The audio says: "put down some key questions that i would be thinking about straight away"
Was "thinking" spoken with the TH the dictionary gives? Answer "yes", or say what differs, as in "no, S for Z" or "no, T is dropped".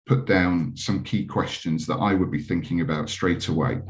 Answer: yes